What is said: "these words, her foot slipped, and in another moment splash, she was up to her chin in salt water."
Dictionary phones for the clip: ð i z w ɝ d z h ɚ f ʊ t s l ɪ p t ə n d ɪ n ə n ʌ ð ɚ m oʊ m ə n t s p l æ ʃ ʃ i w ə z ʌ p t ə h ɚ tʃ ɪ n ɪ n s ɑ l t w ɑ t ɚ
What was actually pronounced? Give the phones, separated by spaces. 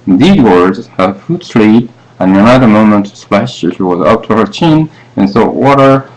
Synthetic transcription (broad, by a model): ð i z w ɝ d z h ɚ f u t s l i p ə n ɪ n ə n ʌ ð ɚ m oʊ m ə n t s p l æ ʃ ʃ i w ə z ʌ p t ə h ɚ tʃ ɪ n ɪ n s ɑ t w ɑ t ɚ